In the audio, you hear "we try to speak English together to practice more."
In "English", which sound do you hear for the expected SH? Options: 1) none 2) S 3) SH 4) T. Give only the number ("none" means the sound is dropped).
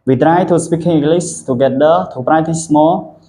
2